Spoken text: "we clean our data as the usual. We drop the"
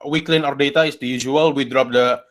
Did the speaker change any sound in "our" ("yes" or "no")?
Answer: no